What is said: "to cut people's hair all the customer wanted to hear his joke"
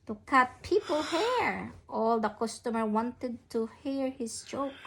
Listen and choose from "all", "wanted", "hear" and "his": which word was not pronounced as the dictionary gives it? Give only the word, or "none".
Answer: his